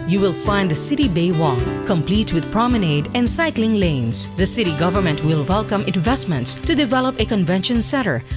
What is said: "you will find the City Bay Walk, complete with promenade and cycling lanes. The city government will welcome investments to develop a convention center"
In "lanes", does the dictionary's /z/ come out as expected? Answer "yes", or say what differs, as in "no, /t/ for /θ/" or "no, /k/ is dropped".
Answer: no, /s/ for /z/